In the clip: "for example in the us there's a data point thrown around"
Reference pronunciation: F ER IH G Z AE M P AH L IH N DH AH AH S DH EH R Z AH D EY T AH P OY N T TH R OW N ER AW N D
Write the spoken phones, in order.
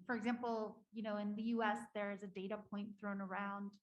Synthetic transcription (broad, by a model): F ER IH G Z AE M P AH N IH N DH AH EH S DH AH R Z AH D EY T AH P OY N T TH R OW N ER AW N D